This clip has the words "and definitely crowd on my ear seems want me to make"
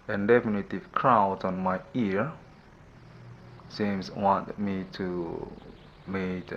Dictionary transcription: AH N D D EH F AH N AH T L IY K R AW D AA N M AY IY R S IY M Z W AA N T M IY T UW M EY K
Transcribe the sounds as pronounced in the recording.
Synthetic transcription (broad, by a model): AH N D D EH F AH N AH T IY K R AW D AA N M AY IY R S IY M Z W AA N T M IY T UW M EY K